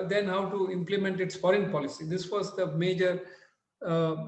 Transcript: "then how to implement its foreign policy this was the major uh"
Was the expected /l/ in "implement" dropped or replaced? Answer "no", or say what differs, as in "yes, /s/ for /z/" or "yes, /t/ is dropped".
no